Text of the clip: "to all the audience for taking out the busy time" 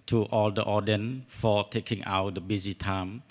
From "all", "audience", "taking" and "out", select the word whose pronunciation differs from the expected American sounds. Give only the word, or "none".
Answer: audience